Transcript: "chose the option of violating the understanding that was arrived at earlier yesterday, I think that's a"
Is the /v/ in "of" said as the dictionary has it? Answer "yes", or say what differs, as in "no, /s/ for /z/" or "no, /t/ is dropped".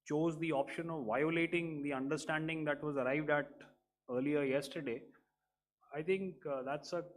yes